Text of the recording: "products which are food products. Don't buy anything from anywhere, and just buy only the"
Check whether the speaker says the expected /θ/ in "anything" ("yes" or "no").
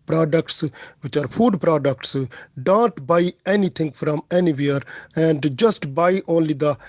no